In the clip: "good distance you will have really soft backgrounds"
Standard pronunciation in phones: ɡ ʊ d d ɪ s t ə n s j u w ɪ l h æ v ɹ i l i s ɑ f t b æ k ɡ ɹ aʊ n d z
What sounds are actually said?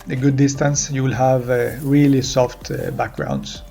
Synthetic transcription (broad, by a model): ɡ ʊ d d ɪ s t ə n s j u w ɪ l h æ v ɹ i l i s ɑ f t b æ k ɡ ɹ aʊ n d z